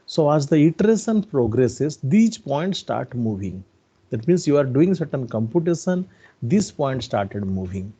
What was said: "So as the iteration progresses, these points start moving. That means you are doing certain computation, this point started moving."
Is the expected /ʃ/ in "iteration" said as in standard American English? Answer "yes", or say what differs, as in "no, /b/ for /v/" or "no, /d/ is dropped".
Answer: no, /s/ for /ʃ/